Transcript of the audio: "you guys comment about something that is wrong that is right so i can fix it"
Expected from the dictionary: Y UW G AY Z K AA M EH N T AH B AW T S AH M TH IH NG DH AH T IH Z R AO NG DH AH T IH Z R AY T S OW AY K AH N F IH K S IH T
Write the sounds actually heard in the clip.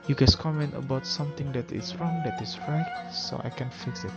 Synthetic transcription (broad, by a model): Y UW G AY S K AA M EH N T AH B AW T S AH M T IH NG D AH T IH S R AO NG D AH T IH S R AY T S OW AY K AH N F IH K S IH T